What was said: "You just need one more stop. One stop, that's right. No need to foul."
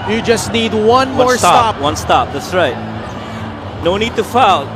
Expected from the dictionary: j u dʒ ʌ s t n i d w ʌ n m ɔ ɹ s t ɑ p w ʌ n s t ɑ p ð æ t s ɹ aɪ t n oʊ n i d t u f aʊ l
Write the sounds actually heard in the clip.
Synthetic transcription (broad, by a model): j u dʒ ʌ s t n i d w ʌ n m ɔ ɹ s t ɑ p w ʌ n s t ɑ p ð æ t s ɹ aɪ t n oʊ n i d t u f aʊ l